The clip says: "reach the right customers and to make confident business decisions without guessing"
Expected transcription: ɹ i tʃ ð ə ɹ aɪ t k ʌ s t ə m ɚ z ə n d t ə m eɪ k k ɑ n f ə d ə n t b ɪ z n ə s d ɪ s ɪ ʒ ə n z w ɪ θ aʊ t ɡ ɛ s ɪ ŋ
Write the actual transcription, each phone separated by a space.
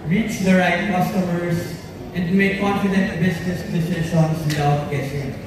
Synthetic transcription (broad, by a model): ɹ i tʃ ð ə ɹ aɪ t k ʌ s t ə m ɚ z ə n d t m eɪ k k ɑ n f ə d ə n t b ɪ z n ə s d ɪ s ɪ ʃ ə n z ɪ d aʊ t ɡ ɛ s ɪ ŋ